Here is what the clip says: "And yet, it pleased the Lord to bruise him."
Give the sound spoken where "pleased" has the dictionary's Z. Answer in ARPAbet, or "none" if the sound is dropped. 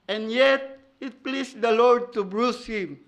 S